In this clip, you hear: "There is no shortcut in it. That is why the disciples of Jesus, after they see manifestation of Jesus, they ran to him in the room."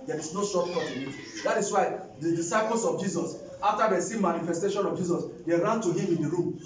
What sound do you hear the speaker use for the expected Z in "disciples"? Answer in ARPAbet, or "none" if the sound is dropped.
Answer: S